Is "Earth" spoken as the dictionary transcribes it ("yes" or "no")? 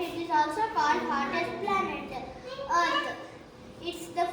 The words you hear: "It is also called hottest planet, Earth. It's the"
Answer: no